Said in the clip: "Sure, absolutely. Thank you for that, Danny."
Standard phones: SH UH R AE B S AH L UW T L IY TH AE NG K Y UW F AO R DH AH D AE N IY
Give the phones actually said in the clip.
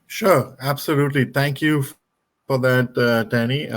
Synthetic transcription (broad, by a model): SH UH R AE B S AH L UW T L IY T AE NG K Y UW F AO R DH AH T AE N IY